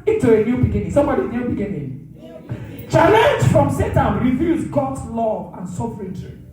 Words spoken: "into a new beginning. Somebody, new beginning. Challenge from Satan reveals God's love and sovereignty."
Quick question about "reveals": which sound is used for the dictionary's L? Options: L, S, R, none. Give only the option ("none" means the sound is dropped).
none